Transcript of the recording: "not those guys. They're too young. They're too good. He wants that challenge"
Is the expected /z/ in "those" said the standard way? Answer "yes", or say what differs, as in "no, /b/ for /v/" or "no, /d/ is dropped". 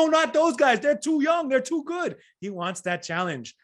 yes